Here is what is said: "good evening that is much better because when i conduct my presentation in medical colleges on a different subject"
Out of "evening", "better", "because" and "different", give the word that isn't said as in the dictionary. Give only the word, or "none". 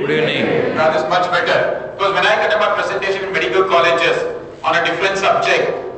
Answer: evening